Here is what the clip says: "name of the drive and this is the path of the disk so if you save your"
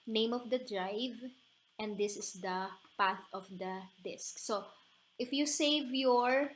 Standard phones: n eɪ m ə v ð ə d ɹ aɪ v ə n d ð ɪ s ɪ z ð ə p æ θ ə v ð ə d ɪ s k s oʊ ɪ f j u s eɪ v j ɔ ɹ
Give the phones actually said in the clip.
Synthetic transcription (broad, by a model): n eɪ m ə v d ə d ɹ aɪ v ə n d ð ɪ s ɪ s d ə p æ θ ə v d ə d ɪ s k s oʊ ɪ f j u s eɪ v j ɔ ɹ